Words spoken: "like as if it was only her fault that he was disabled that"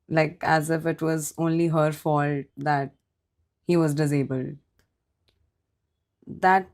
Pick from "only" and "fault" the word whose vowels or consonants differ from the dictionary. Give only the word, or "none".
none